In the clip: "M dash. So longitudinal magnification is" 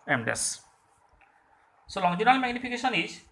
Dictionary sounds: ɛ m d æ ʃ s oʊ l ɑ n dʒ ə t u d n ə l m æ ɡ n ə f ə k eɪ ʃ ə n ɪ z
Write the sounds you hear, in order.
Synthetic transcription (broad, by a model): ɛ m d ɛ s s oʊ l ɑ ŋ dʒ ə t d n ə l m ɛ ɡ n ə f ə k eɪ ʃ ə n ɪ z